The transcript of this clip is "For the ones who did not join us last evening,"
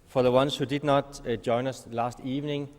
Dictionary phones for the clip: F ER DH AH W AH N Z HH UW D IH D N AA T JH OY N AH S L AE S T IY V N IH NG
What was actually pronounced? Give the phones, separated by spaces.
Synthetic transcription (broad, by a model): F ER DH AH W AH N S HH UW D IH D N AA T JH OY N AH S L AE S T IY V N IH NG